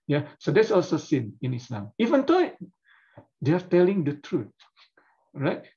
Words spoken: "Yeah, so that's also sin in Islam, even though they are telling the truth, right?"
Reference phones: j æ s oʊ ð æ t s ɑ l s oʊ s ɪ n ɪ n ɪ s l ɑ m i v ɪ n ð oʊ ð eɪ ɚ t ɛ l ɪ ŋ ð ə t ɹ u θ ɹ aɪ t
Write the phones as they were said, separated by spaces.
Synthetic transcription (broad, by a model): j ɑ s oʊ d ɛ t s ɑ l s oʊ s ɪ n ɪ n ɪ s l ɑ m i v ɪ n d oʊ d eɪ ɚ t ɛ l ɪ ŋ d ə t ɹ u t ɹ aɪ t